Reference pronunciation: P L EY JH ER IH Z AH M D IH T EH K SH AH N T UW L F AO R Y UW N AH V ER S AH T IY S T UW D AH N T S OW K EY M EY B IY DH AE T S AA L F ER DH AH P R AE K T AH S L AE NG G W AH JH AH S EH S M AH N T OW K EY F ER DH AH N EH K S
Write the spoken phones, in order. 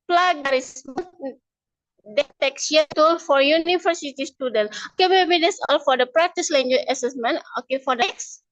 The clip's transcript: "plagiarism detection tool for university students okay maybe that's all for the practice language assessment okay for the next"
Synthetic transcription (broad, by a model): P L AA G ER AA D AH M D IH T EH K S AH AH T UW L F AO R Y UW N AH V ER S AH T IY S T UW D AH N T OW K EY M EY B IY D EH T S AA L F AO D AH P R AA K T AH S L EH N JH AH AH S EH S M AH N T OW K EY F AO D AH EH K S